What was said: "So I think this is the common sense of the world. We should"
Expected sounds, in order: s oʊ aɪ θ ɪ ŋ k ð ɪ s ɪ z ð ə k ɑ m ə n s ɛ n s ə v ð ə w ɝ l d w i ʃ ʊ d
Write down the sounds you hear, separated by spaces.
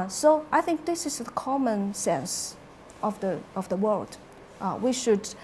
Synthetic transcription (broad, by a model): s oʊ aɪ θ ɪ ŋ k ð ɪ s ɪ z ð ə k ɑ m ə n s ɛ n s ə v ð ə w ɝ l d w i ʃ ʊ d